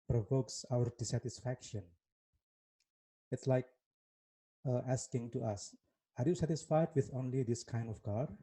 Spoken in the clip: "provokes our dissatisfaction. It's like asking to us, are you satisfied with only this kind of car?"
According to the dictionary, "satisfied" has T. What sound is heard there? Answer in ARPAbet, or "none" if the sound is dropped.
T